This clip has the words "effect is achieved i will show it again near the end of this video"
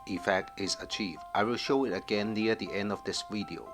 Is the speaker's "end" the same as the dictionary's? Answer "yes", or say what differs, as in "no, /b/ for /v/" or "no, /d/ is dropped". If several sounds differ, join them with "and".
yes